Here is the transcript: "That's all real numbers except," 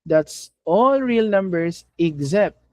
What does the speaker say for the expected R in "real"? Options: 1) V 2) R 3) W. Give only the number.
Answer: 2